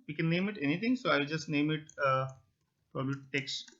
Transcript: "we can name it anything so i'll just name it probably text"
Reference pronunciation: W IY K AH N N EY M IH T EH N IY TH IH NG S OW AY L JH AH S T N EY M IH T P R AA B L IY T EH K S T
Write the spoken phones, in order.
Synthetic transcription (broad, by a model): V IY K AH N N EY M IH T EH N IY T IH NG S OW AY L JH AH S T N EY M IH T P R AA B L IY T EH K S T